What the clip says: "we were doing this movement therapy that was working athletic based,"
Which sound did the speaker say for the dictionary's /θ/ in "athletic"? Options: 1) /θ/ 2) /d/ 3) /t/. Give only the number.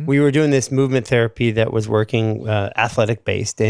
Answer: 1